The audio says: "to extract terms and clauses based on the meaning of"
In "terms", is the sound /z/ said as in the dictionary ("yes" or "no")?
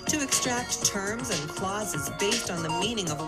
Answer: yes